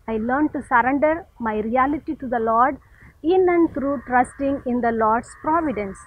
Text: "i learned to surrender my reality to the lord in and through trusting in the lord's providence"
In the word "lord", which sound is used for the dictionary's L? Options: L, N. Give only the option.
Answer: L